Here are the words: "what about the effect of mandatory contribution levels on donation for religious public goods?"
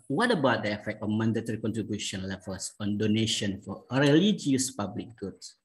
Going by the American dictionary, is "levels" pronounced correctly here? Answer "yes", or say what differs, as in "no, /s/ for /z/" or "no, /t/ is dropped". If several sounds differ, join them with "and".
no, /f/ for /v/